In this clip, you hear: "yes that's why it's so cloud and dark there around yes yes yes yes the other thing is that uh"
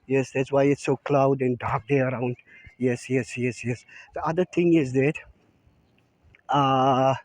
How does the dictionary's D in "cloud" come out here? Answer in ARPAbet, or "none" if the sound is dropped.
D